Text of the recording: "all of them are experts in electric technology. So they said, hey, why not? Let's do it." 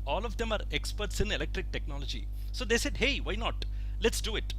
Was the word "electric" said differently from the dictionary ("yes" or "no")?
no